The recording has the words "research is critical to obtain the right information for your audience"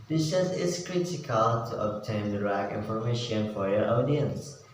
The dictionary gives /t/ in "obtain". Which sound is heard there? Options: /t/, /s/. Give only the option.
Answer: /t/